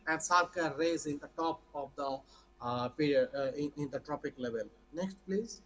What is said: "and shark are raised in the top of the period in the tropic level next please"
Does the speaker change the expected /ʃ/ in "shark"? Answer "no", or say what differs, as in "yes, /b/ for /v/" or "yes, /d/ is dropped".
yes, /s/ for /ʃ/